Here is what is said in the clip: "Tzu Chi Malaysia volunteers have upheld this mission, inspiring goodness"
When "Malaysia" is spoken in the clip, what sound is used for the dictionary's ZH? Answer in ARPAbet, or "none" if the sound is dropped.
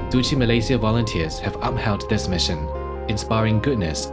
Z